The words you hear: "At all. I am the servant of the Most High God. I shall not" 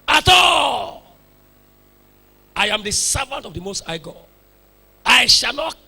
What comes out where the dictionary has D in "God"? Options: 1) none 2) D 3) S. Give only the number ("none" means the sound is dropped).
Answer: 1